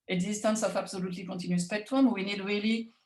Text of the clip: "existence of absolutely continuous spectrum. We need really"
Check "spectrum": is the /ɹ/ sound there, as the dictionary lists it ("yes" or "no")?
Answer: no